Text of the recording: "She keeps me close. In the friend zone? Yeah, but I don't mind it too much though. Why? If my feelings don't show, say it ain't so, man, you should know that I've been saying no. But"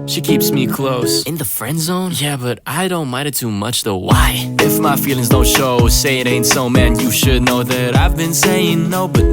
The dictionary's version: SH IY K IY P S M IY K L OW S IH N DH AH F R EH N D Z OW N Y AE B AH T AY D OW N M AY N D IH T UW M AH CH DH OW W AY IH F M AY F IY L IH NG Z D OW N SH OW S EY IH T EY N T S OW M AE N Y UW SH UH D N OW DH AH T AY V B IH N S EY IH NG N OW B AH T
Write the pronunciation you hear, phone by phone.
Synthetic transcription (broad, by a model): SH IY K IY P S M IY K L OW S IH N DH AH F R EH N D Z OW N Y AE B AH T AY D OW N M AY D IH T UW M AH CH DH OW W AY IH F M AY F IY L IH NG Z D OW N SH OW S EY IH T EY N T S OW M AE N Y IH SH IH D N OW DH AH T AY V B IH N S EY IH NG N OW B AH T